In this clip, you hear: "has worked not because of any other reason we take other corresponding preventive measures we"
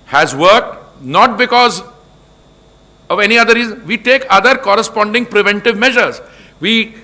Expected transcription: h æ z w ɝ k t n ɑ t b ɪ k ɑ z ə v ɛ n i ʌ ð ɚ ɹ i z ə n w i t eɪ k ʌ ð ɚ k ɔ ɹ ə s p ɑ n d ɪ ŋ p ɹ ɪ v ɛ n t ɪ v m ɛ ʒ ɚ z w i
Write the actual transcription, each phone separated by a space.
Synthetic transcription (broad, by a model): h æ z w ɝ k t n ɑ t b ɪ k ɑ z ə v ɛ n i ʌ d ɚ ɹ i z ə n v i t eɪ k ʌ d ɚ k ɔ ɹ ə s p ɑ n d ɪ ŋ p ɹ ɪ v ɛ n t ɪ v m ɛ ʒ ɚ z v i